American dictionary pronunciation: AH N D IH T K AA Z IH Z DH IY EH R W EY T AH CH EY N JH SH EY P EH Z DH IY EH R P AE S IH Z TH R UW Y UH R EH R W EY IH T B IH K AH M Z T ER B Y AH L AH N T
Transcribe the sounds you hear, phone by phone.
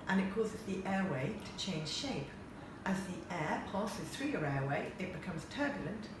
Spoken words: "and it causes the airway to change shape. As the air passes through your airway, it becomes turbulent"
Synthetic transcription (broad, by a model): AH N IH T K AA Z IH Z DH IY EH W EY T AH CH EY N ZH SH EY P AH Z DH IY EH P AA S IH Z TH R UW Y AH R EH W EY IH T B IH K AH M Z T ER B Y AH L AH N T